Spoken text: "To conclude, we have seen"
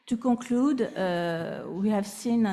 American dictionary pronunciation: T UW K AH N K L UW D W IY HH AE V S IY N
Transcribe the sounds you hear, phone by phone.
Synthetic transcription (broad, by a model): T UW K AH K L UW D W IY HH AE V S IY N